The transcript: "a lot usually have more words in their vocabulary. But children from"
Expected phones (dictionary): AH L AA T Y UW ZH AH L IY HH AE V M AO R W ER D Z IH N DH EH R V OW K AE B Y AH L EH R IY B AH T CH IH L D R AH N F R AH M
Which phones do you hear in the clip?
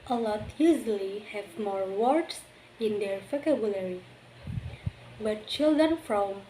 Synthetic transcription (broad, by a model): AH L AA T Y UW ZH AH L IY HH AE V M AO R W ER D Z IH N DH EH R P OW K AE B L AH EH R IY B AH T CH IH L D R AH N F R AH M